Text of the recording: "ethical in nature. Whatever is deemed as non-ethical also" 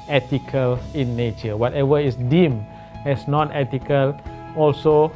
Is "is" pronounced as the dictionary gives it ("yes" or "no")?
no